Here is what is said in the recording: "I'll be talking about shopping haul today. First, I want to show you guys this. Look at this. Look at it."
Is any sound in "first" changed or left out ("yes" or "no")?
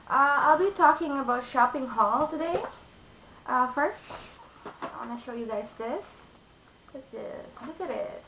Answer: no